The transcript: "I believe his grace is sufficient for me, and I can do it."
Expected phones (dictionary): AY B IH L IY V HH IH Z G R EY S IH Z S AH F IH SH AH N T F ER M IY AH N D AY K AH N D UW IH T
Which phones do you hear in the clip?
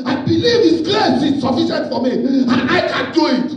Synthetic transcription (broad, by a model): AY B IH L IY V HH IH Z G L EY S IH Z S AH F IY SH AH N T F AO M IY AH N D AY K AH N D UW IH T